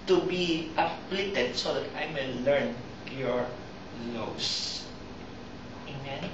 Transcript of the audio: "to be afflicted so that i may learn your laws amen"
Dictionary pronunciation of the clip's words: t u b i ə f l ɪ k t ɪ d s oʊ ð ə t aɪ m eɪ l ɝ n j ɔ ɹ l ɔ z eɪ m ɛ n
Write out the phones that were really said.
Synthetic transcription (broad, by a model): t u b i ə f l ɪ t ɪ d s oʊ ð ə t aɪ m eɪ l ɝ n j ɔ ɹ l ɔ s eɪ m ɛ n